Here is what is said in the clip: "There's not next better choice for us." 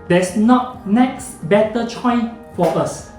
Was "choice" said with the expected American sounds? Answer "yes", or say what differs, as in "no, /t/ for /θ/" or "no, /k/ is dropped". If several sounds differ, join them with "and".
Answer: no, /s/ is dropped